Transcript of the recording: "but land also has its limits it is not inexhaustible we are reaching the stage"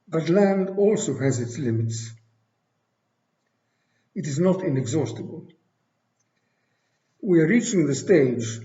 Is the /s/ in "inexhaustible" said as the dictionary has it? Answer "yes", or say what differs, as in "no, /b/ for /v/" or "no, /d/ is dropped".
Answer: yes